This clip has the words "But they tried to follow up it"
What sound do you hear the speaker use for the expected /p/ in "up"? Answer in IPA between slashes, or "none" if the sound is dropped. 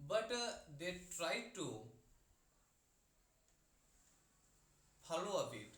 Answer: /b/